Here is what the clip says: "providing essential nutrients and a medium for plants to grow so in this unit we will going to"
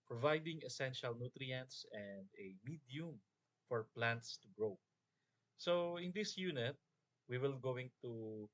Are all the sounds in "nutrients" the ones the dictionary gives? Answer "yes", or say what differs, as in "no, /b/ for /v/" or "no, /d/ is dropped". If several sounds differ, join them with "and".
yes